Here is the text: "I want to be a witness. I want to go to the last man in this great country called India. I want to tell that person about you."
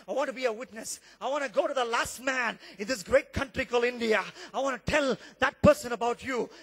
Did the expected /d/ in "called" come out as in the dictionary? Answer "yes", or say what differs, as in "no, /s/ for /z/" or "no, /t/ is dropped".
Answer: no, /d/ is dropped